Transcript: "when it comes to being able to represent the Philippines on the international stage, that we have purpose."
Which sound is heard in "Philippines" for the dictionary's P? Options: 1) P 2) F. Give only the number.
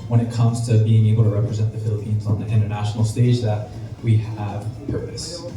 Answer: 1